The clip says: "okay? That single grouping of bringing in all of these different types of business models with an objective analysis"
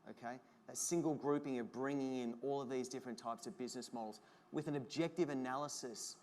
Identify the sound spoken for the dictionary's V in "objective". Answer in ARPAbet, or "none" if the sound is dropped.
V